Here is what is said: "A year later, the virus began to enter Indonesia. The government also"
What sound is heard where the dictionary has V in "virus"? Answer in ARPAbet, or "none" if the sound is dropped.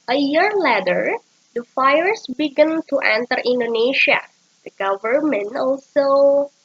F